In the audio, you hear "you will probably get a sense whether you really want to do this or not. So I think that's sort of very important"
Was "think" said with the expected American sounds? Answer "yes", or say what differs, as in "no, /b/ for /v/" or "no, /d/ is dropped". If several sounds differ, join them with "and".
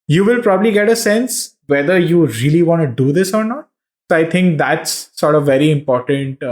no, /t/ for /θ/